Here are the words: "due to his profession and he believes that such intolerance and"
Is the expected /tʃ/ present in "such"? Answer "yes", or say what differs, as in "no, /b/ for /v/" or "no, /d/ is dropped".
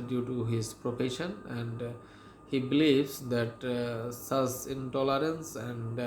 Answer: no, /s/ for /tʃ/